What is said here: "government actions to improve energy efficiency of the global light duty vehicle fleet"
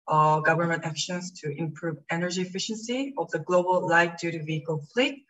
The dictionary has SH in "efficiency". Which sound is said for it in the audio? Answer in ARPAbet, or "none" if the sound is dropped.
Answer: SH